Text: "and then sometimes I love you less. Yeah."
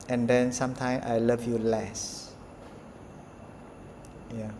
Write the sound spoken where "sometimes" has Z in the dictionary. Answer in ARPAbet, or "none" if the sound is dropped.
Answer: none